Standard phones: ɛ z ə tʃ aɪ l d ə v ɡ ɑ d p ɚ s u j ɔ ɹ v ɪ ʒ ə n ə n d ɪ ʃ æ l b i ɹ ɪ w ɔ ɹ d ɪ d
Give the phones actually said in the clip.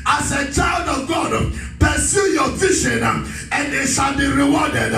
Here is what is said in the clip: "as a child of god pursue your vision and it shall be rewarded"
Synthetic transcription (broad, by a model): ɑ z ə tʃ aɪ l d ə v ɡ ɑ d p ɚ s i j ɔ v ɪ ʃ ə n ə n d ɪ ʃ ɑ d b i ɹ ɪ w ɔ d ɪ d